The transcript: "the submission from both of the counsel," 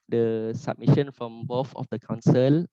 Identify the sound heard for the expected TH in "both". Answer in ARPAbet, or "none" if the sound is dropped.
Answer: F